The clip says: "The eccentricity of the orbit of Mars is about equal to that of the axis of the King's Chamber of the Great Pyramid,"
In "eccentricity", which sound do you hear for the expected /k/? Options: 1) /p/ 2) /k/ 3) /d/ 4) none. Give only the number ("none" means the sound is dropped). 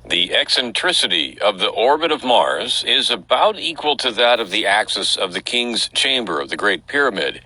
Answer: 2